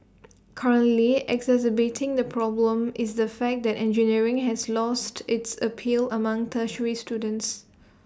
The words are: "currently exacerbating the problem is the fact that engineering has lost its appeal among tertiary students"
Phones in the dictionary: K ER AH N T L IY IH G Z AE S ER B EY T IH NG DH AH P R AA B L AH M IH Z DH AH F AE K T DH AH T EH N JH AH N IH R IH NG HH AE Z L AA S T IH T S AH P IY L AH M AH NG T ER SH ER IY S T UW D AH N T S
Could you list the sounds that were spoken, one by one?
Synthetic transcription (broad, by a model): K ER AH N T L IY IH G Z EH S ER B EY T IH NG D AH P R AA B L AH M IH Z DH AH F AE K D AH T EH N JH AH N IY R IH NG HH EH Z L AA S T IH T S AH P IY L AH M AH NG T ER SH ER IY S T UW D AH N T S